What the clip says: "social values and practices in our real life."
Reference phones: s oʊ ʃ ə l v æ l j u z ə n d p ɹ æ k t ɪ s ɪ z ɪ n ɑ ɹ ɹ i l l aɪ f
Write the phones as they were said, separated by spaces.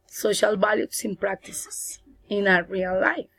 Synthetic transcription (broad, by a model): s oʊ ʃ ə l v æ l j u s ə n p ɹ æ k t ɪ s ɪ s ɪ n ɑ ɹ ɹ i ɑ l aɪ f